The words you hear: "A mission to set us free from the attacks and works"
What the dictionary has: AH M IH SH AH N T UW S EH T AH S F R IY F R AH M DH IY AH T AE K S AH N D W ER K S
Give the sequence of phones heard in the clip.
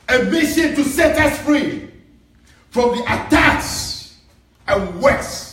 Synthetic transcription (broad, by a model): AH M IH SH AH N T UW S EH T AH S F R IY F R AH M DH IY AH T AE K S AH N W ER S